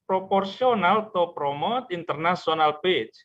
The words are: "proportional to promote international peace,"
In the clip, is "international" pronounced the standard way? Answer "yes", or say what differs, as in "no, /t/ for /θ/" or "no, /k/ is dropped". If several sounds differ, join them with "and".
no, /s/ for /ʃ/